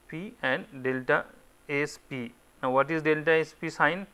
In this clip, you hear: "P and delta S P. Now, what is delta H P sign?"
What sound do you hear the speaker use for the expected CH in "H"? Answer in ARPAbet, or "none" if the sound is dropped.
S